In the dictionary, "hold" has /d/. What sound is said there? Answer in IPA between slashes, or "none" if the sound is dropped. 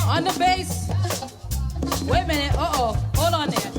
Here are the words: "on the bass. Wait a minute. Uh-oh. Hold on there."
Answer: none